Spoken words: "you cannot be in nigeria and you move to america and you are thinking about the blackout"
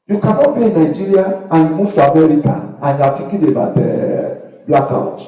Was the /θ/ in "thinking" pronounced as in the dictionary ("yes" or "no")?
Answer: no